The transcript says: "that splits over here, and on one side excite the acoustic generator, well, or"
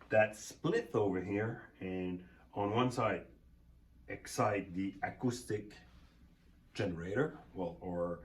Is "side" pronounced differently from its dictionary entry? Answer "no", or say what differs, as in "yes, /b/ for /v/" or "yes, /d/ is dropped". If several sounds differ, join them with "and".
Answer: no